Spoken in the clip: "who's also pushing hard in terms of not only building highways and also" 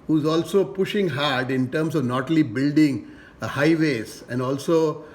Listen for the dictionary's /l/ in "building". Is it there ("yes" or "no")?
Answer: yes